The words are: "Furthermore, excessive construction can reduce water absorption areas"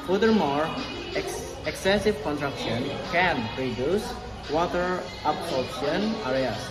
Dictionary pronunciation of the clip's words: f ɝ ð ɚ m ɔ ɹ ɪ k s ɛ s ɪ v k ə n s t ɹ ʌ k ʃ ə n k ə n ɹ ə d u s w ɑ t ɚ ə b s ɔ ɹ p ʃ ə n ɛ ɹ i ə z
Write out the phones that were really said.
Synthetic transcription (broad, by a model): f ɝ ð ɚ m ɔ ɹ ɪ k s ɛ s ɪ v k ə n t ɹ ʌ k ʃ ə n k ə n ɹ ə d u s w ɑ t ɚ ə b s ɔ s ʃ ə n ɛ ɹ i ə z